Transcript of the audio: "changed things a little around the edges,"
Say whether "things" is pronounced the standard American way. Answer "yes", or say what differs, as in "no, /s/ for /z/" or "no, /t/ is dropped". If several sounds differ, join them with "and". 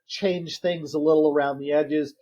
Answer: yes